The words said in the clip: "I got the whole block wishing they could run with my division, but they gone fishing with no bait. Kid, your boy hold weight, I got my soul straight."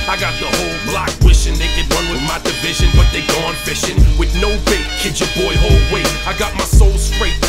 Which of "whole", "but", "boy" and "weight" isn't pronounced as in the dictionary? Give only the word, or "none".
weight